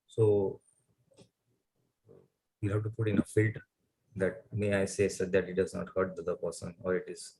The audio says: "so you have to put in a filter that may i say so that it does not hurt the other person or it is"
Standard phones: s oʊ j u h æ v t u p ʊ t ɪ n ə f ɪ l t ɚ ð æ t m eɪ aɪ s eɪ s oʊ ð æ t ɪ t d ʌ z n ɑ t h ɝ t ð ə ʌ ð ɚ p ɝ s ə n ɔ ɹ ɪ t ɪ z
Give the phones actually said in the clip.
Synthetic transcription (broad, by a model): s oʊ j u h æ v t u p ʊ t ɪ n ə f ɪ t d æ t m eɪ aɪ s eɪ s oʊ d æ t ɪ t d ʌ z n ɑ t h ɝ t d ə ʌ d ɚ p ɝ s ə n ɔ ɹ ɪ t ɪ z